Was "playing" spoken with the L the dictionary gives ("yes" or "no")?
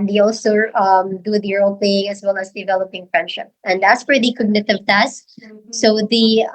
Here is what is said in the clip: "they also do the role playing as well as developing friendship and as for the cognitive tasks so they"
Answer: no